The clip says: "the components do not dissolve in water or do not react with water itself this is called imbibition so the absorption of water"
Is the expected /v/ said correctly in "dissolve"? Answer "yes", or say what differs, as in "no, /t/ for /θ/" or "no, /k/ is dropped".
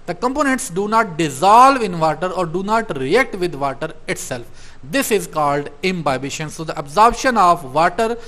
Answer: yes